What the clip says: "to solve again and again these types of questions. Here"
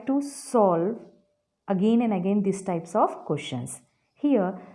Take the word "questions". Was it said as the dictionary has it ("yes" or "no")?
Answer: no